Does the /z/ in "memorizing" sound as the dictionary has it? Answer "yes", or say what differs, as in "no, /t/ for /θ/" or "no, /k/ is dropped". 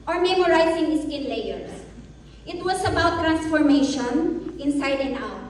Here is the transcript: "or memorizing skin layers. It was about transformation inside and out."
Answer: no, /s/ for /z/